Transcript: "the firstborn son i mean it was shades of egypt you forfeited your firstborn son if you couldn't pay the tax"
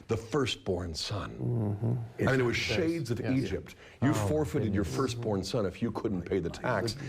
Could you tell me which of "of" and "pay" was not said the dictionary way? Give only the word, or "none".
none